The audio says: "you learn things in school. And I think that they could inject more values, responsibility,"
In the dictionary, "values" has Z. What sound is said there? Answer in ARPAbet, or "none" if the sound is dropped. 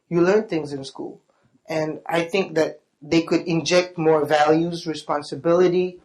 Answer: Z